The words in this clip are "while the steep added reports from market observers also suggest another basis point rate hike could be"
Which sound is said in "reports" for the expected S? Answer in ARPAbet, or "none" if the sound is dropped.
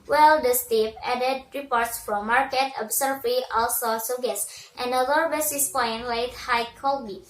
S